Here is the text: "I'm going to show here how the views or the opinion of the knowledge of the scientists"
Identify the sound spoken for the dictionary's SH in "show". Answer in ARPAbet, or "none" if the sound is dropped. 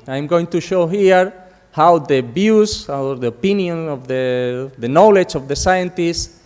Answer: SH